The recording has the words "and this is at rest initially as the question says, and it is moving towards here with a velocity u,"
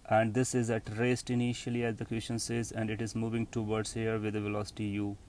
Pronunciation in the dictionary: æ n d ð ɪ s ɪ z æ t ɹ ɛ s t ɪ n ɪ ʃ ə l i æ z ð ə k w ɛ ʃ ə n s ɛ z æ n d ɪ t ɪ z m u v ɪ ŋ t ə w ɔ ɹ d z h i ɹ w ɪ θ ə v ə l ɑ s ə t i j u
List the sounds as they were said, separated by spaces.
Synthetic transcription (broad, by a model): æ n d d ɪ s ɪ z æ t ɹ ɛ s t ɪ n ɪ ʃ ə l i æ z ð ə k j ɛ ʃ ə n s ɛ z æ n d ɪ t ɪ z m u v ɪ ŋ t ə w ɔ ɹ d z h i ɹ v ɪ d ə v ə l ɑ s ə t i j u